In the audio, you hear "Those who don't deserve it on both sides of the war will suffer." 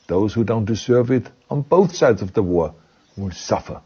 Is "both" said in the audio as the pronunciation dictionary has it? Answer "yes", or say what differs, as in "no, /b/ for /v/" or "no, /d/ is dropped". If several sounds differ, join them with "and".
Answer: yes